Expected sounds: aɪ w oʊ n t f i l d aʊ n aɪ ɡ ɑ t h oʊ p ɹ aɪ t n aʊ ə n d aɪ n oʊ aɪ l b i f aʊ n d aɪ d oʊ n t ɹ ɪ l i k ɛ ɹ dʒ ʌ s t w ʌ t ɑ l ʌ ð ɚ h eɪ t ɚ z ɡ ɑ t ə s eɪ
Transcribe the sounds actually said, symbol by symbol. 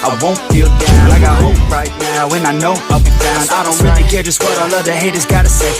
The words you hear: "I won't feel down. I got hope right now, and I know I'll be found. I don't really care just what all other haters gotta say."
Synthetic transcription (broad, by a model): aɪ w oʊ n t f i l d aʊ l aɪ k ɑ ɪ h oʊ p ɹ aɪ t n aʊ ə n aɪ n oʊ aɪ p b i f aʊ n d aɪ d oʊ n t ɹ ɪ l i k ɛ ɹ dʒ ʌ s t w ʌ t ɑ l ʌ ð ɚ h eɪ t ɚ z ɡ ɑ t ə s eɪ